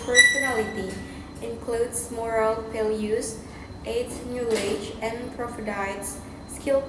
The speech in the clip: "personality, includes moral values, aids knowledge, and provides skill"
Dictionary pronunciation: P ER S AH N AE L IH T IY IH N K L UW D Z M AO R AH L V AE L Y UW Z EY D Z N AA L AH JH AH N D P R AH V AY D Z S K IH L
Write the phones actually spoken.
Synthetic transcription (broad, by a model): P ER S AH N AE L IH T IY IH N K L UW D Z M AO R AH L P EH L Y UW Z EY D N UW AH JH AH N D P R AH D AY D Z S K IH L